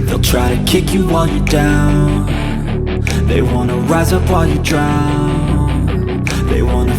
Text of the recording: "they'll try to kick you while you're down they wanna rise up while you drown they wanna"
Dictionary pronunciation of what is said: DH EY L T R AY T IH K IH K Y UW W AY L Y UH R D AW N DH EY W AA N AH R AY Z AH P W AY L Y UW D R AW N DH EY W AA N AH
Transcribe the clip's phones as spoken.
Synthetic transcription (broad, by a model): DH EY L T R AY T IH K IH K Y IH W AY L Y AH R D AW N DH EY W AA N AH R AY Z AH P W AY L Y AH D R AW N DH EY W AA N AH